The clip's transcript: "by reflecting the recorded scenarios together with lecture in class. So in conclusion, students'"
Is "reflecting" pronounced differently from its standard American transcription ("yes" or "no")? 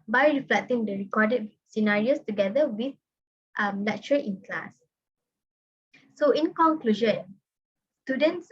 no